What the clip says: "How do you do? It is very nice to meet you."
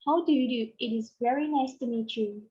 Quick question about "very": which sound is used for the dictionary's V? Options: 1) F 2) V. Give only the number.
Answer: 2